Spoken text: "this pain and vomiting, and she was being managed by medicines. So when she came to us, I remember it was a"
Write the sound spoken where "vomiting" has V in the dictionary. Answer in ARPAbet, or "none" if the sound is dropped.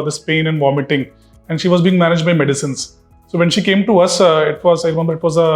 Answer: V